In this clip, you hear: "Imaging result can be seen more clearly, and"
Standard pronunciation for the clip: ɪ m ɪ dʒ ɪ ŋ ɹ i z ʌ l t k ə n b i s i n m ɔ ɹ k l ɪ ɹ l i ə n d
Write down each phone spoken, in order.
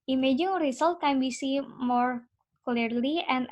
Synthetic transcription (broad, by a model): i m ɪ dʒ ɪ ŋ ɹ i s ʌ l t k ə n b i s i m ɔ ɹ k l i ɹ l i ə n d